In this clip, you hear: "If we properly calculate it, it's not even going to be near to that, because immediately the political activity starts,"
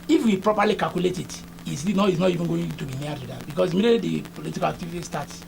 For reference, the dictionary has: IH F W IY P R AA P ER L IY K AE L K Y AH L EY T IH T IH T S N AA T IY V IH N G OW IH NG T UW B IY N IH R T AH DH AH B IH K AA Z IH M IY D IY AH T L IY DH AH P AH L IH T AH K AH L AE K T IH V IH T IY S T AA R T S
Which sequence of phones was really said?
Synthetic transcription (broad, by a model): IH F W IY P R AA P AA L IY K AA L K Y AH L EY T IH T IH S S N AA T IY V IH N G OW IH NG T UW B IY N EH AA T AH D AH B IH K AA S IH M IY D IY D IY P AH L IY T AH K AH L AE K T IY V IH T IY S T AA T S